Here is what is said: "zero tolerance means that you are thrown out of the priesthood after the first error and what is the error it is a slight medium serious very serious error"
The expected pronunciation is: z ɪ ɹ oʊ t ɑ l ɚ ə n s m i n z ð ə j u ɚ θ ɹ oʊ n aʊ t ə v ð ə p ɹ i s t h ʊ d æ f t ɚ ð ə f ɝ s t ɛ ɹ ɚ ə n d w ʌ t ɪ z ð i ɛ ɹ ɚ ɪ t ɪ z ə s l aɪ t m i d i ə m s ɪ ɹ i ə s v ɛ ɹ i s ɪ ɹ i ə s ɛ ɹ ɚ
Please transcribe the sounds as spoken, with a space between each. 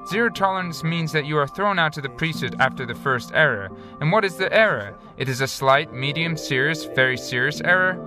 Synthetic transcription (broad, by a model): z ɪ ɹ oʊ t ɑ l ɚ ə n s m i n z ð ə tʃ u ɚ θ ɹ oʊ n aʊ t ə ð ə p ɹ i s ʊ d æ f t ɚ ð ə f ɝ s t ɛ ɹ ɚ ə n w ʌ t ɪ z ð i ɛ ɹ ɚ ɪ t ɪ z ə s l aɪ t m i d i ə m s ɪ ɹ i ə s v ɛ ɹ i s ɪ ɹ i ə s ɛ ɹ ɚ